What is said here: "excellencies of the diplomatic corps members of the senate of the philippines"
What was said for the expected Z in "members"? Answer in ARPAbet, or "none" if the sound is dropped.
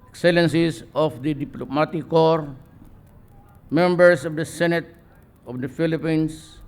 S